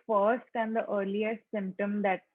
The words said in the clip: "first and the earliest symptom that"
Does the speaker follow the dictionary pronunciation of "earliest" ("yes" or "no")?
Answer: no